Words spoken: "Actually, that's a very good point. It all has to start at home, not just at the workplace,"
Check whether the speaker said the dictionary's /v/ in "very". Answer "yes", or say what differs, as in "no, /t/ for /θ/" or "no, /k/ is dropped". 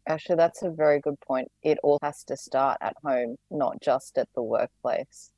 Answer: yes